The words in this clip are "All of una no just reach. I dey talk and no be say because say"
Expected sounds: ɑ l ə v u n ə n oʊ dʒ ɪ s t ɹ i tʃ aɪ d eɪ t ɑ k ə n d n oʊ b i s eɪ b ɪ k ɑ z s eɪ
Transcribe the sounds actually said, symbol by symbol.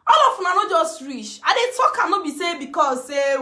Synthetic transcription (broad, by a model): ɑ l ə f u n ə n oʊ dʒ ɪ s t ɹ i tʃ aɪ d eɪ t ɑ k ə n n oʊ b i s eɪ b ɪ k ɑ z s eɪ